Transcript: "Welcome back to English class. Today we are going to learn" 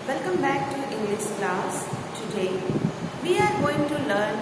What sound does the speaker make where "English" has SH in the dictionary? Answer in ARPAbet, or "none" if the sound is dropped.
S